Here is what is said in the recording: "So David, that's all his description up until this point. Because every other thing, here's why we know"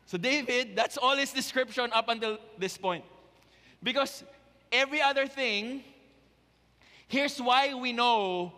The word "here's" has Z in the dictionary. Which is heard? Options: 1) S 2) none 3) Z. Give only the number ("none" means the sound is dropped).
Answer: 1